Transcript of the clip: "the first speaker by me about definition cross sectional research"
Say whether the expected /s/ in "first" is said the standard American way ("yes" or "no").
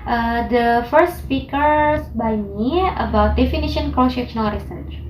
yes